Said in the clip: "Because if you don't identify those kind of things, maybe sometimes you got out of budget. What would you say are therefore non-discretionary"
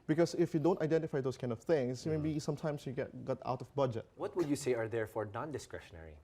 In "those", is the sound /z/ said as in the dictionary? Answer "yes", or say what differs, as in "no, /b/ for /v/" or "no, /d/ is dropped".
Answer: no, /s/ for /z/